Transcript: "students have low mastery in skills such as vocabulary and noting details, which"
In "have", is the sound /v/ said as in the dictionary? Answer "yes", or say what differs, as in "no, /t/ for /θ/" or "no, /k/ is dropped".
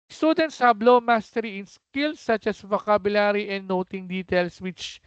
no, /b/ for /v/